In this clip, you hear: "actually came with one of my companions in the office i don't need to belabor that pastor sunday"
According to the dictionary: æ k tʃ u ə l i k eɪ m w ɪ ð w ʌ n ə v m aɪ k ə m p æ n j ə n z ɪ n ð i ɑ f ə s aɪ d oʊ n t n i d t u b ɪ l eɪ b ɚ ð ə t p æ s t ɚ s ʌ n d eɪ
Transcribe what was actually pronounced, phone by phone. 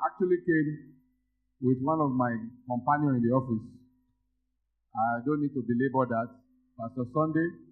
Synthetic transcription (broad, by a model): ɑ k tʃ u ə l i k eɪ m w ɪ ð w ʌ n ə v m aɪ k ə m p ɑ n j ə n ɪ n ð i ɑ f ə s aɪ d oʊ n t n i d t u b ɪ l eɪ b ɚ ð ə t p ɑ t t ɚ s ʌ n d eɪ